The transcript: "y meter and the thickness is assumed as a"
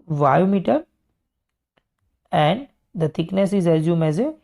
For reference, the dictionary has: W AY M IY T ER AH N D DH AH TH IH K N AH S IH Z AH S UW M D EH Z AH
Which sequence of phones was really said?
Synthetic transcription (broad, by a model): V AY M IY T ER AH N D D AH T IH K N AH S IH Z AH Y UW M EH Z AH